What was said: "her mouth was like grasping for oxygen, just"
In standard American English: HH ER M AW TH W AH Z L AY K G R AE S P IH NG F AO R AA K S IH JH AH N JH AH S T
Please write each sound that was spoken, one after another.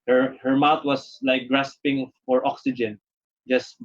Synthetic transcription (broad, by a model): HH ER M AW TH W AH S L AY K G R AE S P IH NG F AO R AA K S IH JH AH N JH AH S T